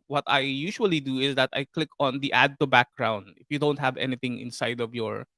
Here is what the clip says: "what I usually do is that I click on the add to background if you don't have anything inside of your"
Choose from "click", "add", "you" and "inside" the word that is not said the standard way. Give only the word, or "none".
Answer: none